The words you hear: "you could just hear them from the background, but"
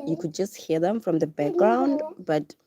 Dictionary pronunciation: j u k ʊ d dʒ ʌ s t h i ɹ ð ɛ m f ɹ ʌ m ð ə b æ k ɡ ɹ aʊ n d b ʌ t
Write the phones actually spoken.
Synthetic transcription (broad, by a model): j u k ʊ d dʒ ʌ s t h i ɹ ð ɛ m f ɹ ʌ m ð ə b æ k ɡ ɹ aʊ n d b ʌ t